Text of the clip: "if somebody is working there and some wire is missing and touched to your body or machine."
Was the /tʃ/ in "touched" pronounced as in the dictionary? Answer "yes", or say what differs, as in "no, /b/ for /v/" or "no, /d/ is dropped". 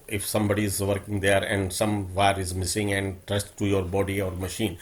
no, /s/ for /tʃ/